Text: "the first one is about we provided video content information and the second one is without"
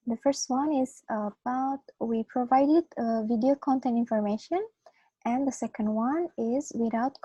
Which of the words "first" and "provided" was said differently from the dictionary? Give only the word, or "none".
none